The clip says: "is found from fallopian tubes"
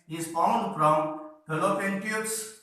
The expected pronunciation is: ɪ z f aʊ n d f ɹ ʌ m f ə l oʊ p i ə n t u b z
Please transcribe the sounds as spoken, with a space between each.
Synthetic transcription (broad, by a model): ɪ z f aʊ n d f ɹ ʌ m p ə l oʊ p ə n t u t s